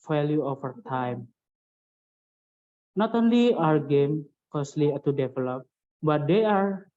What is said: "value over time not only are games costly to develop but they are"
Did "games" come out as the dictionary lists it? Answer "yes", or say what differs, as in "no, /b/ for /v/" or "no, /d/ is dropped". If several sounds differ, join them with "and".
no, /z/ is dropped